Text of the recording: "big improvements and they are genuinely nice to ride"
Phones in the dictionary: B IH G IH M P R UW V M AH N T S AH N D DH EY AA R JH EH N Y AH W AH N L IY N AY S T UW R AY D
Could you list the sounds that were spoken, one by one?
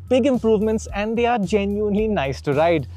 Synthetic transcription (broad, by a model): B IH G IH M P R UW V M AH N T S AH N D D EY AA R JH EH N Y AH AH N L IY N AY S T UW R AY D